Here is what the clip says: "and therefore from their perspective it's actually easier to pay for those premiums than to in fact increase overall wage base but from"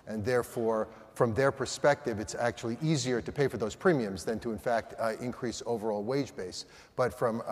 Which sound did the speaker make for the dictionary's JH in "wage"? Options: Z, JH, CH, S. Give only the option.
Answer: JH